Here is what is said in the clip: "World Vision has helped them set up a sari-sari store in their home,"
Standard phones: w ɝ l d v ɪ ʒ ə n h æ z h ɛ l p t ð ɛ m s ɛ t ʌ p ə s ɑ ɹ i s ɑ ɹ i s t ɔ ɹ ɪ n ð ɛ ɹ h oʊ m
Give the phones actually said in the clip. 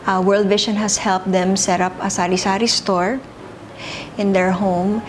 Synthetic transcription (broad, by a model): w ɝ l d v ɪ ʃ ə n h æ s h ɛ l p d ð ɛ m s ɛ t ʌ p ə s ɑ ɹ i s ɑ ɹ i s t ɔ ɹ ɪ n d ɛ ɹ h oʊ m